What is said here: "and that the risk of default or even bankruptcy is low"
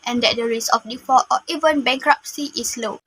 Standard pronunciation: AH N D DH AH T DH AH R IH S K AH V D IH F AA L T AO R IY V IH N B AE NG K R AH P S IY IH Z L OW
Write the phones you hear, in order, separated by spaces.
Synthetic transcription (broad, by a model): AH N D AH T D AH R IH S AH F D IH F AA T AO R IY V IH N B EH NG K R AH P S IY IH S L OW